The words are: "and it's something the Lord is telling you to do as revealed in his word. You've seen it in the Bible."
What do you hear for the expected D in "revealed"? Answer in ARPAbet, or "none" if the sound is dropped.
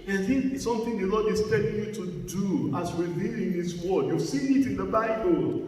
none